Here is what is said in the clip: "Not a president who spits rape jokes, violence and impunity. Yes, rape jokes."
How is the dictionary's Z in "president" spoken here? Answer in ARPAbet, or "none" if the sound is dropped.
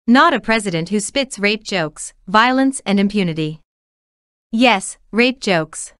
Z